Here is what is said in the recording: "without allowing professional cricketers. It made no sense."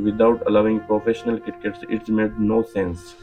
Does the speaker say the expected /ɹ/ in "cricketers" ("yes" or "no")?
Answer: no